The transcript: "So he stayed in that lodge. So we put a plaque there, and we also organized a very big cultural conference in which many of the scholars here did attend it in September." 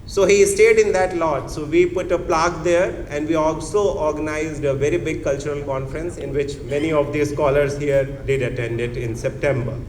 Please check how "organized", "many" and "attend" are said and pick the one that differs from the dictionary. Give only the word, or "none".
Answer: none